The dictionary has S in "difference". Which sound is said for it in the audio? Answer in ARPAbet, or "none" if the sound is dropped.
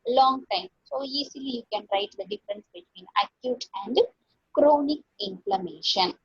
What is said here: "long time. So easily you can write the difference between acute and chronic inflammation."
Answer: S